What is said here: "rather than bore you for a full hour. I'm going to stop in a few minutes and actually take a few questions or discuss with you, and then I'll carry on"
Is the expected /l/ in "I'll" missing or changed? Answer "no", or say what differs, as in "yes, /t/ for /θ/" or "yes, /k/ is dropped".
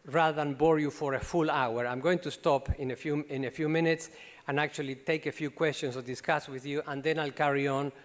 no